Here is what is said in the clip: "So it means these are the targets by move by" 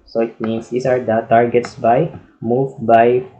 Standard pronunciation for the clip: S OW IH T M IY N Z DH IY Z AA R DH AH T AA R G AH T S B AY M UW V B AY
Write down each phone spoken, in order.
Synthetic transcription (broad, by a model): S OW IH T M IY N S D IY S AA R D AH T AA R G AH T S B AY M UW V B AY